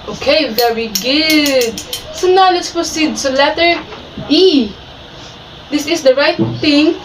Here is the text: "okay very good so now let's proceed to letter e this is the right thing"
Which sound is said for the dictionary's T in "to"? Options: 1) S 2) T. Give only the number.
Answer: 1